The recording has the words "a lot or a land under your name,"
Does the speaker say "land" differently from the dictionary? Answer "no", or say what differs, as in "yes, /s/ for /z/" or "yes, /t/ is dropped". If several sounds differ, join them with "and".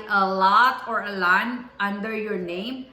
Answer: yes, /d/ is dropped